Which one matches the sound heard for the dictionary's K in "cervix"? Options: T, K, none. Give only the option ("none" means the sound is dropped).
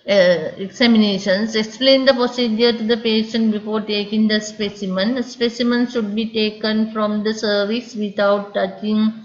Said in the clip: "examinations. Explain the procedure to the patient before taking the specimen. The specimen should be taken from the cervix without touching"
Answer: none